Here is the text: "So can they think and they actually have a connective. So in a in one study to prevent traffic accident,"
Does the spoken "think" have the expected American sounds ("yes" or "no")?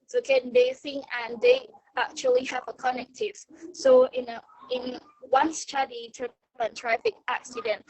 no